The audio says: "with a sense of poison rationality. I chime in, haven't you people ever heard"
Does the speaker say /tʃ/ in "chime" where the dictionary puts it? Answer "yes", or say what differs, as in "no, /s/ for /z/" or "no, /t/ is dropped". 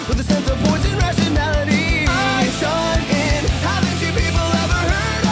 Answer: no, /ʃ/ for /tʃ/